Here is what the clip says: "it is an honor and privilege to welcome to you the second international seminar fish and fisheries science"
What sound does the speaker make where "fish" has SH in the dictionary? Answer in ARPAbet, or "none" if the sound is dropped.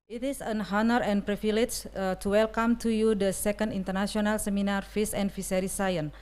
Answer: S